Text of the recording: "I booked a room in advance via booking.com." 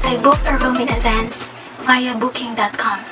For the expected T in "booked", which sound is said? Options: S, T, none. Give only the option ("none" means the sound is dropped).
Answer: none